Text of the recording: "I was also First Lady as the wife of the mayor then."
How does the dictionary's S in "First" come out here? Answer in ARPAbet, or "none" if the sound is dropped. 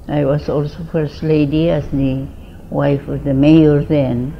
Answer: S